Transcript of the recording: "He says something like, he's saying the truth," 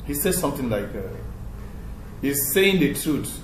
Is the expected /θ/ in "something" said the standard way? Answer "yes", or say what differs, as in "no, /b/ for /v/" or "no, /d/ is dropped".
no, /t/ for /θ/